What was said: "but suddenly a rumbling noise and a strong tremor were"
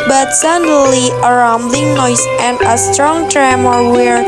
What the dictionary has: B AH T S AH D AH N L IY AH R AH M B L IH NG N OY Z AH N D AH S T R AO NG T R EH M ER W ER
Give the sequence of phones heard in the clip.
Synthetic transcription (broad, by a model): B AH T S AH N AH L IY AH R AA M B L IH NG N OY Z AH N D AH S T R AO NG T R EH M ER W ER